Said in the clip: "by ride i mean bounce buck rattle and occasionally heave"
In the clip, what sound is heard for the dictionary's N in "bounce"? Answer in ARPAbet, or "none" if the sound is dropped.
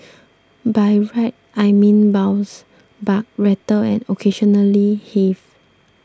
none